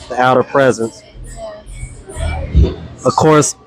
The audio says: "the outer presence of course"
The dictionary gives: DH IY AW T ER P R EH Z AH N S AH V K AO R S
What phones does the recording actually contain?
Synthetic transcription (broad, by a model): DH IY AW T ER P R EH Z AH N S AH V K AO R S